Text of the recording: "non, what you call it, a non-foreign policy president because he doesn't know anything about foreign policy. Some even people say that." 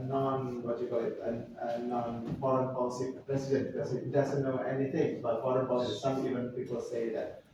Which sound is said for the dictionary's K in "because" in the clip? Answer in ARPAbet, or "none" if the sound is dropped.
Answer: none